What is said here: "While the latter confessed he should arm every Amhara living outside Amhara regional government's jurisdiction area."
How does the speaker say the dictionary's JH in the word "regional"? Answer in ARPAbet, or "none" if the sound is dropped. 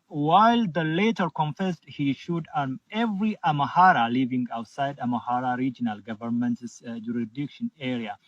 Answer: JH